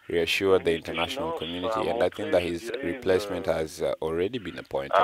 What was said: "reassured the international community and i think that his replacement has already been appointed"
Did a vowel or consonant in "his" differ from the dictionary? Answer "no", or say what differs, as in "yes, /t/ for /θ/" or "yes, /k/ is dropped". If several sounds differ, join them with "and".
no